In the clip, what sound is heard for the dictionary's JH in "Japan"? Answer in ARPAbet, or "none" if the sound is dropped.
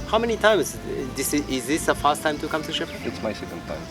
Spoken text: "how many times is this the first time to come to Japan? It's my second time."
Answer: SH